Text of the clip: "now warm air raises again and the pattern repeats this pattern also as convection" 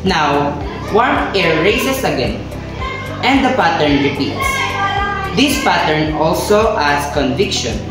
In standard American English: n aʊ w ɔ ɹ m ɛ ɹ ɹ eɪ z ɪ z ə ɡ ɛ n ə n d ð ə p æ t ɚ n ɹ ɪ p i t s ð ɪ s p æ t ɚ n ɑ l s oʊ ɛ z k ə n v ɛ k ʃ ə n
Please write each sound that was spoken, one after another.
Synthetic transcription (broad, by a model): n aʊ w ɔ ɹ ɛ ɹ ɹ eɪ s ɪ s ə ɡ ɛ n ə n d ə p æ t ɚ n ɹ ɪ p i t s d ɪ s p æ t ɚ n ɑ l s oʊ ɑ s k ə n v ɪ k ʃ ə n